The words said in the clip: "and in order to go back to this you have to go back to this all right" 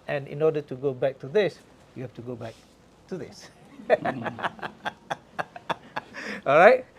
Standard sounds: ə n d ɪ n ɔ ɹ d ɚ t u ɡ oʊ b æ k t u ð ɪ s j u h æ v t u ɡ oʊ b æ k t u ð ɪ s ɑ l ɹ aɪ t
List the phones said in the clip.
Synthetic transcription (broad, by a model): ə n ɪ n ɔ d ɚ t u ɡ oʊ b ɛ k t u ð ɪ s j u h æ f t u ɡ oʊ b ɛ k t u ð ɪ s ɑ l ɹ aɪ t